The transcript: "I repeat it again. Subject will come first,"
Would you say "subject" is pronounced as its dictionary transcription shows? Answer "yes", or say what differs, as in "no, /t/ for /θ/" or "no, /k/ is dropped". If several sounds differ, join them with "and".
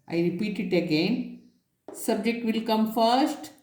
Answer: yes